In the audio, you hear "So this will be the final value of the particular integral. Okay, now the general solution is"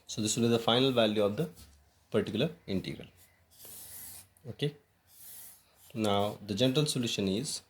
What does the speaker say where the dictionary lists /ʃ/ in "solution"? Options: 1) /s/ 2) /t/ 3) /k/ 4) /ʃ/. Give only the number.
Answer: 4